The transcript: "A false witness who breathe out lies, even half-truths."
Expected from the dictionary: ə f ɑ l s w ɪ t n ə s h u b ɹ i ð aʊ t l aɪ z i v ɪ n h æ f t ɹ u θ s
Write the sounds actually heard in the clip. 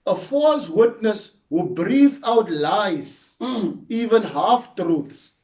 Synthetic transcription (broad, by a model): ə f ɑ l s w ɪ t n ə s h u b ɹ i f aʊ t l aɪ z i v ɪ n h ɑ f t ɹ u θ s